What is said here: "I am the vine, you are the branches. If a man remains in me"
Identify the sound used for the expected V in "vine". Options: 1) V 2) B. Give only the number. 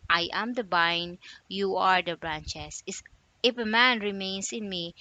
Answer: 2